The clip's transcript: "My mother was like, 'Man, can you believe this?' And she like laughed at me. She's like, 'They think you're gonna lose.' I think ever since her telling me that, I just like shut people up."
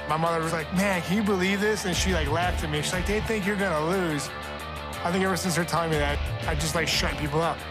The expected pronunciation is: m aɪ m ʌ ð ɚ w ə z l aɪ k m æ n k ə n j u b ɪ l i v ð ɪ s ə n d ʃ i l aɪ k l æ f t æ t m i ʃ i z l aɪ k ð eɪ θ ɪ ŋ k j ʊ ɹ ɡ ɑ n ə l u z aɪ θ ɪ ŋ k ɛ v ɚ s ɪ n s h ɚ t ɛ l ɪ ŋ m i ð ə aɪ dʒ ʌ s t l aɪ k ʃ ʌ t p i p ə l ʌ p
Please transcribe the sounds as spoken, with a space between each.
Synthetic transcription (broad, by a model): m aɪ m ʌ ð ɚ w ə z l aɪ k m æ n k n j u b ɪ l i v ð ɪ s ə n ʃ i l aɪ k l æ f t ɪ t m i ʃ i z l aɪ k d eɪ θ ɪ ŋ k j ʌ ɹ ɡ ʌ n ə l u z aɪ θ ɪ ŋ k ɛ v ɚ s ɪ n s h ɚ t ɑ ɪ m i ð ə aɪ dʒ ʌ s t l aɪ k ʃ ʌ t p i p l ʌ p